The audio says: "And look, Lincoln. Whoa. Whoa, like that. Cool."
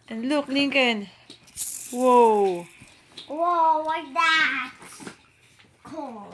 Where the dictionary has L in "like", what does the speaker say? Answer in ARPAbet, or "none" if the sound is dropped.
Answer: W